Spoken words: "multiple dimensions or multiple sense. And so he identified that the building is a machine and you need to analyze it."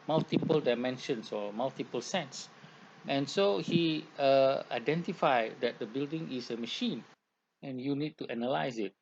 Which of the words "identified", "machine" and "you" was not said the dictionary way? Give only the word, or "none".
none